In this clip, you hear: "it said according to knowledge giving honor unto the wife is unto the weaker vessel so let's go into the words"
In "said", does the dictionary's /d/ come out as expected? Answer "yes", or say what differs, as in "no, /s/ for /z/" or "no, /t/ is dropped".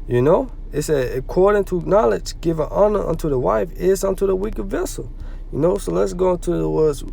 no, /d/ is dropped